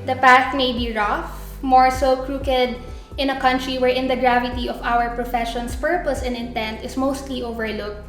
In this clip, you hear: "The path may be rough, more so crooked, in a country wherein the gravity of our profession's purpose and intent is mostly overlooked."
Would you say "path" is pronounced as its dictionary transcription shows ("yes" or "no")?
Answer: no